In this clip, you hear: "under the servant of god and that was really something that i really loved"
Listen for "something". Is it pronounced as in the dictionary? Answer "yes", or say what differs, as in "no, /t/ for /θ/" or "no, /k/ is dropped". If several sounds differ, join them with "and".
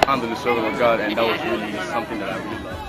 yes